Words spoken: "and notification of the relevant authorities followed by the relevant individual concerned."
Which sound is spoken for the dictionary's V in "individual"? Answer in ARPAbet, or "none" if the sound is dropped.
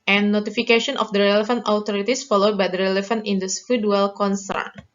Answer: F